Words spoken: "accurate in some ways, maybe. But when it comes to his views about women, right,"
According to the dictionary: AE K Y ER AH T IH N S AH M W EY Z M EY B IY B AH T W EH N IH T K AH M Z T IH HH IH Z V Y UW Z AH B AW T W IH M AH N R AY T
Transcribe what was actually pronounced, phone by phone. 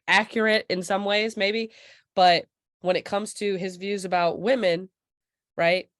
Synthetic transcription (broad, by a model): AE K Y ER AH T IH N S AH M W EY Z M EY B IY B AH T W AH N IH T K AH M Z T IH IH Z V Y UW Z AH B AW T W IH M AH N R AY T